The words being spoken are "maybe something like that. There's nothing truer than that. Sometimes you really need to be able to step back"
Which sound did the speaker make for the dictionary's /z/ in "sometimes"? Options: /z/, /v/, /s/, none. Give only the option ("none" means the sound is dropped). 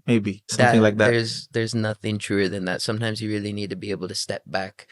/z/